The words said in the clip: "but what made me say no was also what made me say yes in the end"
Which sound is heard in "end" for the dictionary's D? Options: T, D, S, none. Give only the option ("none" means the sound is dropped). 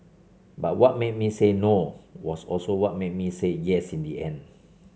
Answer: none